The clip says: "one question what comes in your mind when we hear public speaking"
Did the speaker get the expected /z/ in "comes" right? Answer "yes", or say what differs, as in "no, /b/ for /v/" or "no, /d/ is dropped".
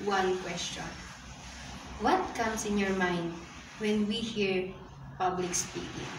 no, /s/ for /z/